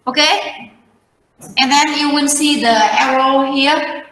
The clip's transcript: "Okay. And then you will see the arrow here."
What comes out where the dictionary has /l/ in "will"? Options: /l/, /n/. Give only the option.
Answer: /n/